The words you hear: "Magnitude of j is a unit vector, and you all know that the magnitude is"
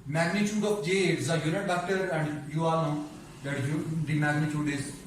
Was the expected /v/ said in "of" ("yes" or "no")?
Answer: no